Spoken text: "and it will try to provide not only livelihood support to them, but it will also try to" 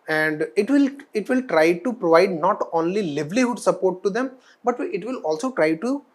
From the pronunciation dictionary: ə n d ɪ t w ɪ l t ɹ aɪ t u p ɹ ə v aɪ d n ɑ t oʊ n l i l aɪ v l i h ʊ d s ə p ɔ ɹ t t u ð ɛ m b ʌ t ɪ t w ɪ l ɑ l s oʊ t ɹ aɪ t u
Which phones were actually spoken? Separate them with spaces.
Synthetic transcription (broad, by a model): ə n d ɪ t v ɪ l t ɹ aɪ t u p ɹ ə v aɪ d n ɑ t oʊ n l i l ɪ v l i h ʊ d s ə p ɔ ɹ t t u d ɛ m b ʌ t ɪ t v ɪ l ɑ l s oʊ t ɹ aɪ t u